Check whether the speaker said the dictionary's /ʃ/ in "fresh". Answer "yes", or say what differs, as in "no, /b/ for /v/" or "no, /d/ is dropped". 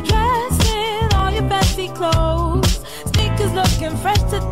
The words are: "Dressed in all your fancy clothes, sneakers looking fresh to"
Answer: no, /s/ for /ʃ/